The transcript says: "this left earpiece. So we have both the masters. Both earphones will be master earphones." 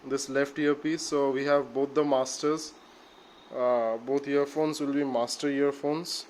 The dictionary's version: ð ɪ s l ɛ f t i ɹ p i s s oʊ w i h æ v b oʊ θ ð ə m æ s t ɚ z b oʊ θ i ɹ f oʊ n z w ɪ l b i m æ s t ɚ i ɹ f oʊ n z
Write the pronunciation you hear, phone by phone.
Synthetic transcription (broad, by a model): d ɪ s l ɛ f t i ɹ p i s s oʊ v i h æ v b oʊ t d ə m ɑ s t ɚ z b oʊ t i ɹ f oʊ n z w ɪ l b i m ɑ s t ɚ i ɹ f oʊ n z